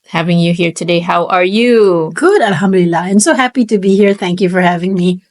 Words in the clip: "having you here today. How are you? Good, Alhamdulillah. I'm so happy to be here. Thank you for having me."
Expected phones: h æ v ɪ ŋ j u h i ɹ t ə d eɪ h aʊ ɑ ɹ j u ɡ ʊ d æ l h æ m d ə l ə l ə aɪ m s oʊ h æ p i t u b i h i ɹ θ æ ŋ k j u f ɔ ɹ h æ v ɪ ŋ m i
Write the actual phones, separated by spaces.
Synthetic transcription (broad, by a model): h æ v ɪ ŋ j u h i ɹ t ə d eɪ h aʊ ɑ ɹ j u ɡ ʊ d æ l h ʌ m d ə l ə l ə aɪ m s oʊ h æ p i t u b i h i ɹ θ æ ŋ k j u f ɔ ɹ h æ v ɪ ŋ m i